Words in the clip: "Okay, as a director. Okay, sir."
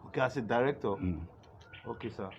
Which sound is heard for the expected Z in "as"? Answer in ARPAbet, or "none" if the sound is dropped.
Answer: S